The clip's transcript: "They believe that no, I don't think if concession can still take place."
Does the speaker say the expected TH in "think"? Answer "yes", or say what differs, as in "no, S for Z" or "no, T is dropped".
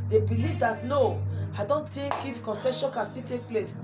no, T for TH